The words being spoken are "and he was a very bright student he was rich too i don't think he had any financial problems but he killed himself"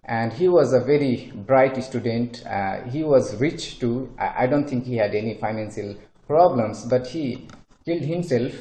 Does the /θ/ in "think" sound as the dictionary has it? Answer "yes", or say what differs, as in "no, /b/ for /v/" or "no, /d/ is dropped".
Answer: no, /t/ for /θ/